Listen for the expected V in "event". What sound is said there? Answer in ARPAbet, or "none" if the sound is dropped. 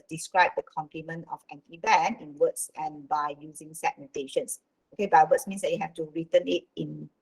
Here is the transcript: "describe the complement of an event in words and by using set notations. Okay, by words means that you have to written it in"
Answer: B